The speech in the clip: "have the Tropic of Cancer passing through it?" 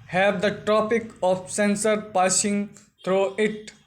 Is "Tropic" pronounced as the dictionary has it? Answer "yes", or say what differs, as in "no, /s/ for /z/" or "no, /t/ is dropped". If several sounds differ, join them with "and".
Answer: no, /ɹ/ is dropped